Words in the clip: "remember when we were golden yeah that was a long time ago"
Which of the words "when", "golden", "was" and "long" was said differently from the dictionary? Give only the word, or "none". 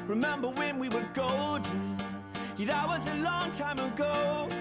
golden